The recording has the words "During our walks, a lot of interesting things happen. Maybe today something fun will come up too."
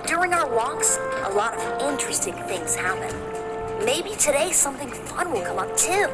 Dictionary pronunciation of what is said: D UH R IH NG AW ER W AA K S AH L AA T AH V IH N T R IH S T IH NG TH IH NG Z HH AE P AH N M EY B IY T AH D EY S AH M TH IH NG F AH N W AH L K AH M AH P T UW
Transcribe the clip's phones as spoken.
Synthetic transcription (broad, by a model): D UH R IH NG AW ER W AA K S AH L AA T AH V IH N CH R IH S T IH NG TH IH NG Z HH AE P AH N M EY B IY T AH D EY S AH M TH IH NG F AH N W AH L K AH M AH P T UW